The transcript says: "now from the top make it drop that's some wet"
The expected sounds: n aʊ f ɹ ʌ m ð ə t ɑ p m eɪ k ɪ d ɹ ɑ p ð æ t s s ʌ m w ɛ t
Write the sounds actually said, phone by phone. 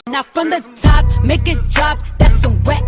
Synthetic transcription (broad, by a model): n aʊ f ɹ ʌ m ð ə t ɑ p m eɪ k ɪ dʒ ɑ b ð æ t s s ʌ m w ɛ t